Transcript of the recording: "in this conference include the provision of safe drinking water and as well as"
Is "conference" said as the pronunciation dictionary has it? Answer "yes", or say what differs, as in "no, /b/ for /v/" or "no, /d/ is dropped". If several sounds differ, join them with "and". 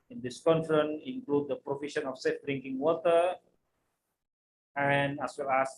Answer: no, /s/ is dropped